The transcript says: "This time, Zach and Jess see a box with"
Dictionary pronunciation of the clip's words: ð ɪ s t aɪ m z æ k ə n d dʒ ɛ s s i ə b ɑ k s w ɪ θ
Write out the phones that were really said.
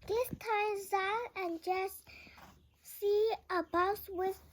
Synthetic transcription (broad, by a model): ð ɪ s t aɪ m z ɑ ə n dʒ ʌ s s i ə b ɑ s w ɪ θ